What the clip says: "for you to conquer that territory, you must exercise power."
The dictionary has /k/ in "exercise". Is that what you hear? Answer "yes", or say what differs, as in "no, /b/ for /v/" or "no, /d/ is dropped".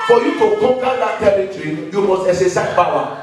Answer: no, /k/ is dropped